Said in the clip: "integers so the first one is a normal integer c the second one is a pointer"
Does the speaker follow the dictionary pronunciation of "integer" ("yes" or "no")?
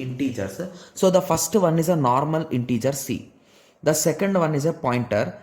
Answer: yes